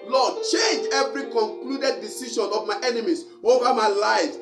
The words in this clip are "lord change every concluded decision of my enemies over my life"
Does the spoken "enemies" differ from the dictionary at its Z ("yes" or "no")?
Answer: yes